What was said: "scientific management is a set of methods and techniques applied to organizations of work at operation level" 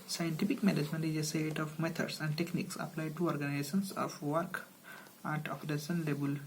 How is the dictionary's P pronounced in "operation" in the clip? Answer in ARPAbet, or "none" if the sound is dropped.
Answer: F